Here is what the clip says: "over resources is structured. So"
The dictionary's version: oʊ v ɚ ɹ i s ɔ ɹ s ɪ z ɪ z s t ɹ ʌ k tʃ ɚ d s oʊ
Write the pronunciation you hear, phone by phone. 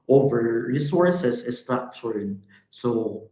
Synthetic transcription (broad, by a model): oʊ v ɚ ɹ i s ɔ ɹ s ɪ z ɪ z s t ʌ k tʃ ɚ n s oʊ